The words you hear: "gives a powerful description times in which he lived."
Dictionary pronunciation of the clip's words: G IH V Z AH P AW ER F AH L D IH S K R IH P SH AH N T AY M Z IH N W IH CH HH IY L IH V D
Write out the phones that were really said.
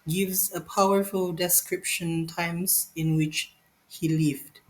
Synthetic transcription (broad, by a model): G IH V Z AH P AW ER F AH L D IH S K R IH P SH AH N T AY M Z IH N W IH CH HH IY L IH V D